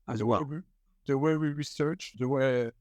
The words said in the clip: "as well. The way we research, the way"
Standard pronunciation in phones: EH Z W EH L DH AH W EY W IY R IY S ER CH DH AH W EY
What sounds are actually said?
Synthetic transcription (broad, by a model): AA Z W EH W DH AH W EY W IY R IY S ER CH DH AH W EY